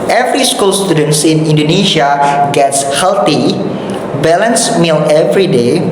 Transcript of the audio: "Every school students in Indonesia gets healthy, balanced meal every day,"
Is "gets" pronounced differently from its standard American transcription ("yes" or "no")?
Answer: no